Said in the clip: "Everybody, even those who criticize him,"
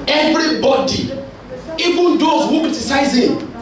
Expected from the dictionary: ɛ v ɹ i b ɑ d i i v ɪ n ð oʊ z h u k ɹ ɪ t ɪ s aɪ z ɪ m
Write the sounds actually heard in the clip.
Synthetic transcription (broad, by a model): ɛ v ɹ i b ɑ d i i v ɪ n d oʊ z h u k ɪ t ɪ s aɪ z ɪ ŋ